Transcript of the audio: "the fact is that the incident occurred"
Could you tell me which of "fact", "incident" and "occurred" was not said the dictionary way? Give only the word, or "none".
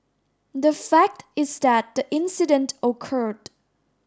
none